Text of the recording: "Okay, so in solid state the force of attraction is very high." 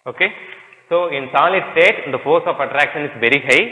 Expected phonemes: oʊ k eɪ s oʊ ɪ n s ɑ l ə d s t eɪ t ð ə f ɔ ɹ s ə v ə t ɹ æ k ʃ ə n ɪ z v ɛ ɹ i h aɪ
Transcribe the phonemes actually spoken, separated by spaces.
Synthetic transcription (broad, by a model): oʊ k eɪ s oʊ ɪ n s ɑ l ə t s t eɪ t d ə f ɔ ɹ s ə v ə t ɹ æ k ʃ ə n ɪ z v ɛ ɹ i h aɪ